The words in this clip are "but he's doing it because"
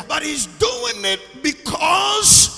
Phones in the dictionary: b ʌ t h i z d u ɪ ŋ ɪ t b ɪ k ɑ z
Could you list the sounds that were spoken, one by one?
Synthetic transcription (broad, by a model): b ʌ t h i z d u ɪ ŋ ɪ t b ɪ k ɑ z